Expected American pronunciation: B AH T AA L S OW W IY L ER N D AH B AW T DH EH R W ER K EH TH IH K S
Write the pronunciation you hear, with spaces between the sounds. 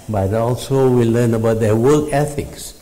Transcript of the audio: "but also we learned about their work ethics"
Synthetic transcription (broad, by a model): B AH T AA L S OW W IY L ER N AH B AW T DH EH W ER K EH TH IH K S